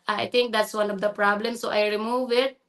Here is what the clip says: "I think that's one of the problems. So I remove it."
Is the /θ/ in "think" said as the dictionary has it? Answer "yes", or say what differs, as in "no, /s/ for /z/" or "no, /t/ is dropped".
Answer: no, /t/ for /θ/